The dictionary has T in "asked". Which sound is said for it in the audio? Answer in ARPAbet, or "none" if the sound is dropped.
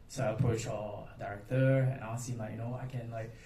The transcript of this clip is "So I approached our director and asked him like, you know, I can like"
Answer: none